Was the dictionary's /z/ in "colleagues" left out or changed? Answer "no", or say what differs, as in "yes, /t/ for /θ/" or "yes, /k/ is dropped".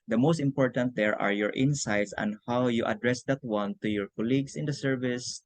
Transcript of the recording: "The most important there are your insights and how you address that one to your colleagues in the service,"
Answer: yes, /s/ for /z/